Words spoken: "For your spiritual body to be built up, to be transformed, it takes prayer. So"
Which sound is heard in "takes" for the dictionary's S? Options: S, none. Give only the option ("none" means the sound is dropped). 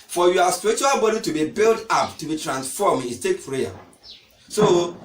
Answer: none